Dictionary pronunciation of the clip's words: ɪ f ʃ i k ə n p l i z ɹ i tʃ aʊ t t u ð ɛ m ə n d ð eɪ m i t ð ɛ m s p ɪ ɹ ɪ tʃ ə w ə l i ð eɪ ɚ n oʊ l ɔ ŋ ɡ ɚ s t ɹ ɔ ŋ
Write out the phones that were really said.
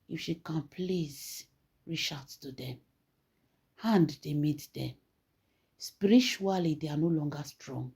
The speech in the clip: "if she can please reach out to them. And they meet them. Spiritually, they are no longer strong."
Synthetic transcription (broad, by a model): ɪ f ʃ i k ə n p l i z ɹ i ʃ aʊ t t u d ɛ m ə n d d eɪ m i t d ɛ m s p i ɹ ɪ tʃ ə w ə l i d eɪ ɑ n oʊ l ɔ ŋ ɡ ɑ s t ɹ ɔ ŋ